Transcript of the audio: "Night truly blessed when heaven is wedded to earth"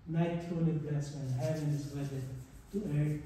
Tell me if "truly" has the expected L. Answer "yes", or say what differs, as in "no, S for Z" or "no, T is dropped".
no, N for L